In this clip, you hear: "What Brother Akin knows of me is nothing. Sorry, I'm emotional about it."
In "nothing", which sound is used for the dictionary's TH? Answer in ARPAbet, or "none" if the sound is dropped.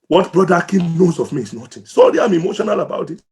T